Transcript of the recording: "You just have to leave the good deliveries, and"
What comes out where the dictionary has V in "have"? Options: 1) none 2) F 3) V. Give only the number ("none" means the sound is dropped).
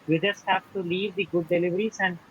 2